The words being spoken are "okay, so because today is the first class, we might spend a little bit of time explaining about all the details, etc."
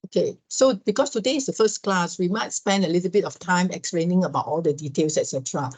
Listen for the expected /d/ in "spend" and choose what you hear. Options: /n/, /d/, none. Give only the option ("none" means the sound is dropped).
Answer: /d/